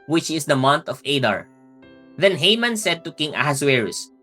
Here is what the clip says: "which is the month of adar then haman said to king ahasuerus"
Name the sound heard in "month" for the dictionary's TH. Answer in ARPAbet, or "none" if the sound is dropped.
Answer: T